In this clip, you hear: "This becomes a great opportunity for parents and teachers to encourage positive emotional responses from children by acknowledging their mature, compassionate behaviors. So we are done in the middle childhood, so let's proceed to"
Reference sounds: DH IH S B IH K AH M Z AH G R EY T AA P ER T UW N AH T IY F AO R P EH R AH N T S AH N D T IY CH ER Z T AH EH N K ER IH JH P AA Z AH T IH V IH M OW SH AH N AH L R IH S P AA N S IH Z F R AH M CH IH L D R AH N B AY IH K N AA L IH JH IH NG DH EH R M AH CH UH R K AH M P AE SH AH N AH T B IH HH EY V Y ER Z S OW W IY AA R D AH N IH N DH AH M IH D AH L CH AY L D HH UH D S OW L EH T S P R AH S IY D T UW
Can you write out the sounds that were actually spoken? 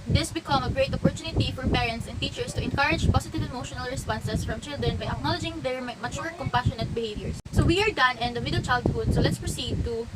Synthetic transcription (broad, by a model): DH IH S B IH K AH M AH G R EY T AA P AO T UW N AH T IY F AO R P EH R AH N T S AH N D T IY CH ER S T AH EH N K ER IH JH P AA S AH T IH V IH M OW SH AH N AH L R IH S P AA N S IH S F R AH M CH IH L D R AH N B AY IH K N AA L IH JH IH NG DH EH R M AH CH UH R K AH M P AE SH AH N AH T B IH HH EY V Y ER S S OW W IY AA R D AH N IH N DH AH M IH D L CH AY L D HH UH D S OW L EH T S P R AH S IY D T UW